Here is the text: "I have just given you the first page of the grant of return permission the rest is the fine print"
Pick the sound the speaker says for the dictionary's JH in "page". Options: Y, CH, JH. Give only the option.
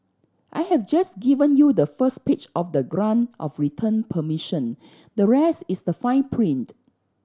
CH